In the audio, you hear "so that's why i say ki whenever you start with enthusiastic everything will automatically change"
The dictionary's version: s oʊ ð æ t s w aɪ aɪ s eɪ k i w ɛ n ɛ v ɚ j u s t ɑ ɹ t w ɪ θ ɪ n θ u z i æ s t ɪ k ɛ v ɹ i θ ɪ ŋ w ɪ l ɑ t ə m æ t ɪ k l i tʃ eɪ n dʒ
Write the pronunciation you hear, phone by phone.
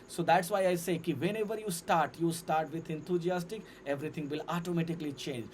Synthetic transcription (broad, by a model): s oʊ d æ t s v aɪ aɪ s eɪ k i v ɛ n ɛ v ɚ j u s t ɑ ɹ t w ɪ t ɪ n t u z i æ s t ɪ k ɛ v ɹ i t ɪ ŋ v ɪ l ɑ t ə m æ t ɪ k l i tʃ eɪ n dʒ